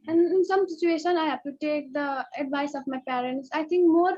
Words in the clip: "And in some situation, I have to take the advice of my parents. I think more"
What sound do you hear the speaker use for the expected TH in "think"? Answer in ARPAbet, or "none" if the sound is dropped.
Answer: T